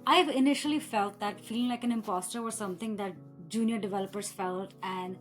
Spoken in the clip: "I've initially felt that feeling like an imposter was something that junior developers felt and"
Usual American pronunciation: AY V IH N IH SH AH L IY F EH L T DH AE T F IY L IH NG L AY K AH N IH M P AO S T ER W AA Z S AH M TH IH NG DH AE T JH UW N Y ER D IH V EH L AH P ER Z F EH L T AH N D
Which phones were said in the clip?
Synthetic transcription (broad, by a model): AY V IH N IH SH AH L IY F EH L T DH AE T F IY L IH NG L AY K AH N IH M P AO S T ER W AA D S AH M T IH NG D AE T JH UW N Y ER D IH V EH L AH P ER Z F EH L T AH N D